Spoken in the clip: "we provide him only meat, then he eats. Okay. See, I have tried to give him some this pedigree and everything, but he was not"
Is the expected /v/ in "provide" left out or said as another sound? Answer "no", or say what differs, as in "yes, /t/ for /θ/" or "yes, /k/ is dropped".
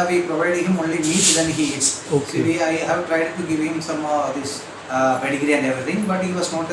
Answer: no